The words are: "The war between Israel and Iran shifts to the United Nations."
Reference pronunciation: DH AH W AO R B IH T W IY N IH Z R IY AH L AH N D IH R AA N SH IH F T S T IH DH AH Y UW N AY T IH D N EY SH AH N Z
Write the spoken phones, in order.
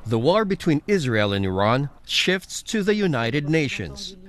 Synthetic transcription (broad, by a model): DH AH W AO R B IH T W IY N IH Z R IY AH L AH N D IH R AA N SH IH F T S T IH DH AH Y UW N AY T IH D N EY SH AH N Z